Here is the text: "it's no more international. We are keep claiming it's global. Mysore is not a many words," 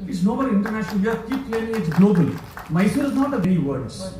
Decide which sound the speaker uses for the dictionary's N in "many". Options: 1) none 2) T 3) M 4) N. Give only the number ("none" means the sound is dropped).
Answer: 1